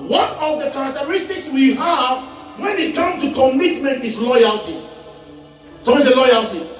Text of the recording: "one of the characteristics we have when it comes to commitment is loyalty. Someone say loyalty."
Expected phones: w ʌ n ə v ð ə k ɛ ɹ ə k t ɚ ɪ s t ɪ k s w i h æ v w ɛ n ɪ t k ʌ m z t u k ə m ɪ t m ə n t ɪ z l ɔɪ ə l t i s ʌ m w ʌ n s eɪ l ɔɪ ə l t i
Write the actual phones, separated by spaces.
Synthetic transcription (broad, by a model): w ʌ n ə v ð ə k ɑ ɹ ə k t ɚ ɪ s t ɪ k s w i h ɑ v w ɛ n ɪ t k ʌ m t u k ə m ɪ t m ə n t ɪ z l ɔɪ ə l t i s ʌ w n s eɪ l ɔɪ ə l t i